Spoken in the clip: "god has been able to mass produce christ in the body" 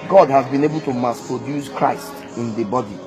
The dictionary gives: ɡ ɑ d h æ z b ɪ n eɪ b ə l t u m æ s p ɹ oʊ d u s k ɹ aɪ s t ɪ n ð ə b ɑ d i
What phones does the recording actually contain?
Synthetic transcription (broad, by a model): ɡ ɑ d h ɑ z b ɪ n eɪ b ə l t u m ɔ s p ɹ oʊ d u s k ɹ aɪ s t ɪ n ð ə b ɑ d i